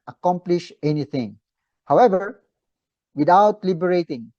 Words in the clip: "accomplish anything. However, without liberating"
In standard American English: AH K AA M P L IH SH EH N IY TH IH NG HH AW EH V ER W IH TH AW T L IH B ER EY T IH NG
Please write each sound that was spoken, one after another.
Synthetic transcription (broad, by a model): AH K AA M P L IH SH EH N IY T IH NG HH AW EH V ER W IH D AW T L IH B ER EY T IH NG